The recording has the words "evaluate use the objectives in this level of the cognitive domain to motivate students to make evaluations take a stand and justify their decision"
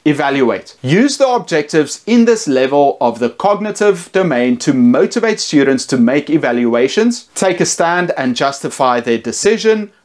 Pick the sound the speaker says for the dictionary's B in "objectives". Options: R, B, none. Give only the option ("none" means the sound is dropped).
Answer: B